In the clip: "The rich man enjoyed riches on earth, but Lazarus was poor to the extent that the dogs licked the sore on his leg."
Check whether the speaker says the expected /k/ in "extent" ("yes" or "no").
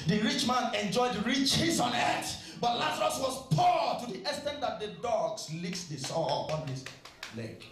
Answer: no